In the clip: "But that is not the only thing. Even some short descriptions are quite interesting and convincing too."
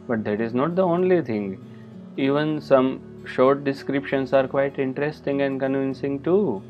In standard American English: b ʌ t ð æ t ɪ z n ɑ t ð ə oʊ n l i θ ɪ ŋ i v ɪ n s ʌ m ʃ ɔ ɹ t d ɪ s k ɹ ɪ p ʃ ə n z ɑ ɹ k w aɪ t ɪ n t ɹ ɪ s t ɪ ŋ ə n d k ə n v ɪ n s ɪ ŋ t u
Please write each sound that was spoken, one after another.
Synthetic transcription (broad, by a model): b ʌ t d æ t ɪ z n ɑ t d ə oʊ n l i t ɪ ŋ i v ɪ n s ʌ m ʃ ɔ ɹ t d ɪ s k ɹ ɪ p ʃ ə n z ɑ ɹ k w aɪ t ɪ n t ɹ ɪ s t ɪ ŋ ə n d k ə n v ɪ n s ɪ ŋ t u